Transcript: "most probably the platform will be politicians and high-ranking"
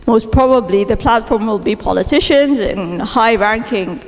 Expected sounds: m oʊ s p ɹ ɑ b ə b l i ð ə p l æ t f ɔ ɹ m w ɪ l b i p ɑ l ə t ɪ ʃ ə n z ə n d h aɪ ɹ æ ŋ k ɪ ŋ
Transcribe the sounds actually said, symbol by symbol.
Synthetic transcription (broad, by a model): m oʊ s p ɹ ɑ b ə b l i ð ə p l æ t f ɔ ɹ m w ɪ l b i p ɑ l ə t ɪ ʃ ə n z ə n h aɪ ɹ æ ŋ k ɪ ŋ